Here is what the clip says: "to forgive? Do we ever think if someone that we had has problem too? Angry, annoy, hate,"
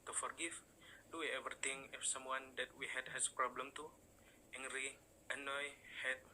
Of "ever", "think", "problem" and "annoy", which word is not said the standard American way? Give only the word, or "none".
think